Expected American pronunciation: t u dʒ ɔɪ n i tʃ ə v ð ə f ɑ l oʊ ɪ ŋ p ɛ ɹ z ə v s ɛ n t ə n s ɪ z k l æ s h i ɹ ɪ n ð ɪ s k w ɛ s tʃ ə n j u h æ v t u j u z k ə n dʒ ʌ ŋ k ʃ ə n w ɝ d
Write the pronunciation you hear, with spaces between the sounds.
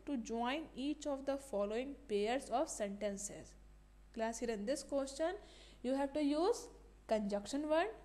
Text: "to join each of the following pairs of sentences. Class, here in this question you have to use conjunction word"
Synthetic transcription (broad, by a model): t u dʒ ɔɪ n i tʃ ə v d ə f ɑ l oʊ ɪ ŋ p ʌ ɹ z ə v s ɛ n t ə n s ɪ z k l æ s h i ɹ ɪ n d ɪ s k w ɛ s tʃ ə n j u h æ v t u j u z k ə n dʒ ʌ k ʃ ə n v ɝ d